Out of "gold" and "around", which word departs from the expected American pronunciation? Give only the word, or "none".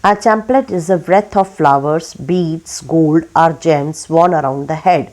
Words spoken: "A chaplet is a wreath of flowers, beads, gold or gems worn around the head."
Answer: none